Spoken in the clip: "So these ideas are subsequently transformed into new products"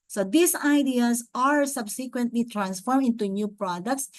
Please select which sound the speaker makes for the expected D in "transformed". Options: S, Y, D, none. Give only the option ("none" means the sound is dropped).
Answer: none